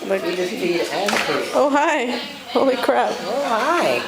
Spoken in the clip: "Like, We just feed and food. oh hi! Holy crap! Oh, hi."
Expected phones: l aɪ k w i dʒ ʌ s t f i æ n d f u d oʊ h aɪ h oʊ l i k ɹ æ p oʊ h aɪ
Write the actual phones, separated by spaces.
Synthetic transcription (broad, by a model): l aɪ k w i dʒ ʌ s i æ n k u oʊ h aɪ h oʊ l i k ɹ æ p oʊ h aɪ